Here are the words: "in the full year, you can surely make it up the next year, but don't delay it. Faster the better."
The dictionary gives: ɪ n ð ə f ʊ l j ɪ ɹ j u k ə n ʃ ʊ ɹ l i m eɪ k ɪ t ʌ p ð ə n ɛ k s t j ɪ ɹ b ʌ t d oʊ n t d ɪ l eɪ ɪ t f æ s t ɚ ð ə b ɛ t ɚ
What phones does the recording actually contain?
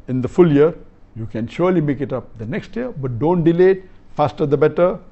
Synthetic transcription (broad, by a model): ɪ n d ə f ʊ l j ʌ ɹ j u k ə n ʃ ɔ ɹ l i m eɪ k ɪ t ʌ p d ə n ɛ k s t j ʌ ɹ b ʌ t d oʊ n t d ɪ l eɪ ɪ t f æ s t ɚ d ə b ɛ t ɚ